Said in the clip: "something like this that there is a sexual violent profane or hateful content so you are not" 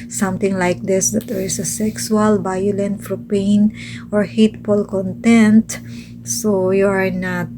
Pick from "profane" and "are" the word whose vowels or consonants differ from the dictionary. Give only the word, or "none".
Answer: profane